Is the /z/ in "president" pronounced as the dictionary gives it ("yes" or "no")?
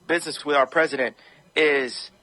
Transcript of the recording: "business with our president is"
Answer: yes